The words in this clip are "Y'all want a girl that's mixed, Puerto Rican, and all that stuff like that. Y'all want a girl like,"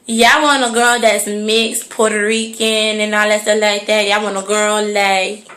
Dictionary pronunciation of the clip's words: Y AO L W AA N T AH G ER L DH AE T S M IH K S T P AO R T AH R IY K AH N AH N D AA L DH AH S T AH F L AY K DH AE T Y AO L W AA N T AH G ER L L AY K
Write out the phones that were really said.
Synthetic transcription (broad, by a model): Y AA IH W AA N AH G ER L DH AE T S M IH K S P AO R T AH R IY K AH N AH N AA L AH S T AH L AY K DH AE T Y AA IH W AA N AH G ER L L AY K